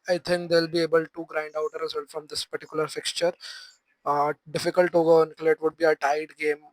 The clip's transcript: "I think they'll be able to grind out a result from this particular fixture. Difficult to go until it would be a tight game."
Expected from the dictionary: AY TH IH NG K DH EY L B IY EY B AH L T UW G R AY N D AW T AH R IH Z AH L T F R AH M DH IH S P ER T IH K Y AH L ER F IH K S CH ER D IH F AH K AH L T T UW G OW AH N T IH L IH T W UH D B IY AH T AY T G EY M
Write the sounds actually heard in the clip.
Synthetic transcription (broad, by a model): AY T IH NG K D EY L B IY EY B AH L T UW G R AY N D AW T AH R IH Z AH L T F R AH M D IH S P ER T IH K Y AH L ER F IH K S CH ER D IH F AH K AH L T T UW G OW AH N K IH L IH T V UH D B IY AH T AY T G EY M